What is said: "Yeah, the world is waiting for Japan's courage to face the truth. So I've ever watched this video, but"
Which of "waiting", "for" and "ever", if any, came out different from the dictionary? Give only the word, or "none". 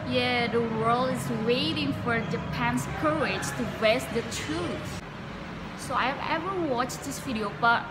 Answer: none